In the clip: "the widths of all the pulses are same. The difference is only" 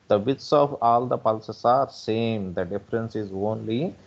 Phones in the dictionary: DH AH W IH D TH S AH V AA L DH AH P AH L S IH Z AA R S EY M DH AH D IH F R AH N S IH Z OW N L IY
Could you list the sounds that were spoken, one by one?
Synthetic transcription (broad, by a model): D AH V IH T S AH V AA L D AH P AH L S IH S AA R S EY M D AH D IH F R AH N S IH Z OW N L IY